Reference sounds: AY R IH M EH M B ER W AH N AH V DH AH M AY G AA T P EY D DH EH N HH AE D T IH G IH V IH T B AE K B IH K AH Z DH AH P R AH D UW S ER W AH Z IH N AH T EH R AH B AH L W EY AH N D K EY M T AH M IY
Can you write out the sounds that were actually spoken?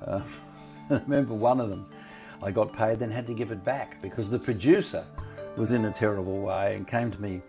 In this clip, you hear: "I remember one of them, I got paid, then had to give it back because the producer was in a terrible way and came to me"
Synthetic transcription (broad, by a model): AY R IH M EH M B ER W AH N AH V DH AH M AY G AA T P EY D DH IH N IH D T IH G IH V IH T B AE K B IH K AH Z DH AH P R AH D UW S ER W AH Z IH N AH T EH R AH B L W EY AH N K EY M T AH M IY